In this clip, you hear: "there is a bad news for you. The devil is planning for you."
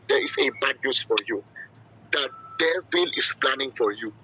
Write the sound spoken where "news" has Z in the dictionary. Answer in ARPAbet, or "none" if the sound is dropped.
S